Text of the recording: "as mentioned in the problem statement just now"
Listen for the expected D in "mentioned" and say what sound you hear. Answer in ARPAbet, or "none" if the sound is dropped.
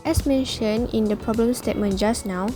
none